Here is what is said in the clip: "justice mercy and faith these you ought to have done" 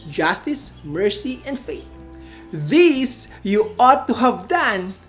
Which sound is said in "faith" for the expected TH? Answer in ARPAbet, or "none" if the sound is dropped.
T